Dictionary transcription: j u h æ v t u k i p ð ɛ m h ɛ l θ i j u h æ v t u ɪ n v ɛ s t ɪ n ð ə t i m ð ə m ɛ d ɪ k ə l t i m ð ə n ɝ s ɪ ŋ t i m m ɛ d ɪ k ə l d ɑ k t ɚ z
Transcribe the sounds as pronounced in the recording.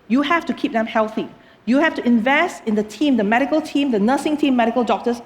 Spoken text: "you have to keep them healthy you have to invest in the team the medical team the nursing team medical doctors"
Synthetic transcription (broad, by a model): j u h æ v t u k i p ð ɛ m h ɛ l θ i j u h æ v t u ɪ n v ɛ s t ɪ n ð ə t i m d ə m ɛ d ɪ k ə l t i m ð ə n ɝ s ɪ ŋ t i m m ɛ d ɪ k ə l d ɑ k t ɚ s